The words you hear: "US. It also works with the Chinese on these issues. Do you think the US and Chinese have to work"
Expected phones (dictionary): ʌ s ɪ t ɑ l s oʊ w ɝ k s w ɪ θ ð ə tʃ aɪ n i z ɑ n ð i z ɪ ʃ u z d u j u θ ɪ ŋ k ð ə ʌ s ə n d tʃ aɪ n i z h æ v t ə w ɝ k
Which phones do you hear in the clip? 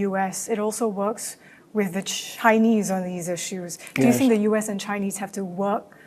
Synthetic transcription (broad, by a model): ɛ s ɪ t ɑ l s oʊ w ɝ k s w ɪ ð ə tʃ aɪ n i z n ð i z ɪ ʃ u z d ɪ j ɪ θ ɪ ŋ k ð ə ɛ s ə n tʃ aɪ n i z h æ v t ə w ɝ k